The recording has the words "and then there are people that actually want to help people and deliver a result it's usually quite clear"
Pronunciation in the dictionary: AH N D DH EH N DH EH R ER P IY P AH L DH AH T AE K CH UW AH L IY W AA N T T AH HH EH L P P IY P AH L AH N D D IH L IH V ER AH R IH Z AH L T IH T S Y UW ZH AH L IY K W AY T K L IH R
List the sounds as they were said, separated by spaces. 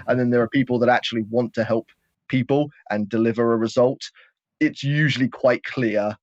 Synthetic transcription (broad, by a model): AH N DH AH N DH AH R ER P IY P AH L DH AH T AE K CH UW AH L IY W AA N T T AH HH EH L P P IY P AH L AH N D D IH L IH V ER AH R IH Z AH L T IH T S Y UW ZH AH L IY K W AY T K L IH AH